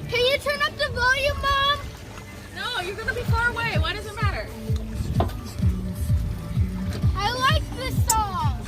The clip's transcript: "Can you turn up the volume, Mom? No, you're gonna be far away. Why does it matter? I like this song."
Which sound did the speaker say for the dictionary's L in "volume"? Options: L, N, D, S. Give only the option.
N